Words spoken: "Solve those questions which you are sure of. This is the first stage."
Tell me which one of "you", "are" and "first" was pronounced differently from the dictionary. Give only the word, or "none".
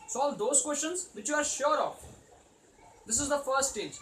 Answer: first